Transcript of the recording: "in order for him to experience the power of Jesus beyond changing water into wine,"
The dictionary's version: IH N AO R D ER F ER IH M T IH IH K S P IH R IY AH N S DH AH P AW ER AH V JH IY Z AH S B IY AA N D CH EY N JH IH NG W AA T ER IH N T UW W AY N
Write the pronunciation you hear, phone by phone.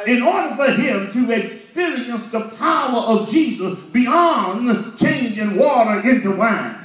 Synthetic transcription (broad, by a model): IH N AO R D ER F ER IH M T IH IH K S P IH R IY AH N S DH AH P AW ER AH V JH IY Z AH S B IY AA N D CH EY N JH IH NG W AA T ER IH N T UW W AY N